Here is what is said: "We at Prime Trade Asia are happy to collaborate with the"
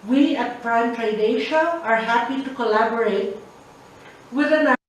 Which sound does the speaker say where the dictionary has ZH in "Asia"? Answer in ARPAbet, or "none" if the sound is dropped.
SH